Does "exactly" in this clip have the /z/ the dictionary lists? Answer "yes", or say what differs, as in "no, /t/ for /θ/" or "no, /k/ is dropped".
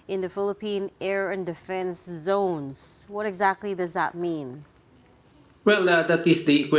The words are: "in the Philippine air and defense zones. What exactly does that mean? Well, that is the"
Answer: yes